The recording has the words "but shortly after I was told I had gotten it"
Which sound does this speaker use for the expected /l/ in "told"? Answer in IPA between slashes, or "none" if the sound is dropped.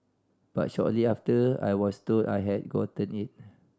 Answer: none